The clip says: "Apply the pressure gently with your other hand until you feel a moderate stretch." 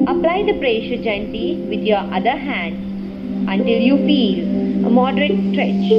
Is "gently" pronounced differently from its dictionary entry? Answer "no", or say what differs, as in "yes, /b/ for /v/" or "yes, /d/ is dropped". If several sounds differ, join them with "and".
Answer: yes, /l/ is dropped